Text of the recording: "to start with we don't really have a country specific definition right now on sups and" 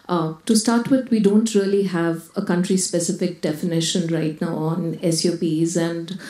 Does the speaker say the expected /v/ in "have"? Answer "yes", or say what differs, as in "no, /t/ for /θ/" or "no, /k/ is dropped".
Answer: yes